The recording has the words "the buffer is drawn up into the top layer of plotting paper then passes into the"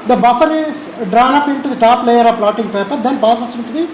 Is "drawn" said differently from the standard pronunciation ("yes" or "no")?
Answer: no